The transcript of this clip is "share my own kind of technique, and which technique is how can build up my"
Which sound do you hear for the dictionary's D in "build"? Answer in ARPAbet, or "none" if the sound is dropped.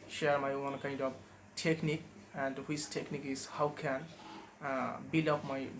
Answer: none